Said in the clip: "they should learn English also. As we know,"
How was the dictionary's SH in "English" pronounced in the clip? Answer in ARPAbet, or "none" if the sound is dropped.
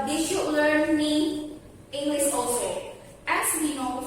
S